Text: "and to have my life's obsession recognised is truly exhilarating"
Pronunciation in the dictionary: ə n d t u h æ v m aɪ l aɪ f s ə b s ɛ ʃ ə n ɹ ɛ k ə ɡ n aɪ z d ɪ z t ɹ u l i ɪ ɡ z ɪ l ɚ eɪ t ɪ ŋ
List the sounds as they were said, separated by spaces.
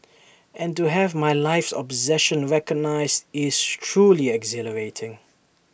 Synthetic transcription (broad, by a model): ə n t u h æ v m aɪ l aɪ f s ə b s ɛ ʃ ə n ɹ ɛ k ə ɡ n aɪ z d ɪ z t ɹ u l i ɪ ɡ z ɪ l ɚ eɪ t ɪ ŋ